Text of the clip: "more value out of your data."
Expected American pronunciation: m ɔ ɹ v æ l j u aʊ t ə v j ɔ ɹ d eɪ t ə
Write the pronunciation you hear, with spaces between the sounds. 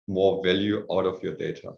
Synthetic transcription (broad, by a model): m ɔ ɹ v æ l j u aʊ t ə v j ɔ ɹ d eɪ t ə